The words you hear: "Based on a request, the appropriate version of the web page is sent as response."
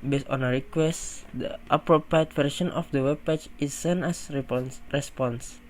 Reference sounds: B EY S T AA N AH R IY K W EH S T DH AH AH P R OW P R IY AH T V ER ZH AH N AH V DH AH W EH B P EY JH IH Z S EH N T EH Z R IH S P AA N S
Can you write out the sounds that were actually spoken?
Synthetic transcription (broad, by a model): B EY S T AA N AH R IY K W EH S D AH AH P R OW P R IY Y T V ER SH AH N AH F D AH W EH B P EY CH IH S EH N EH S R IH S P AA N S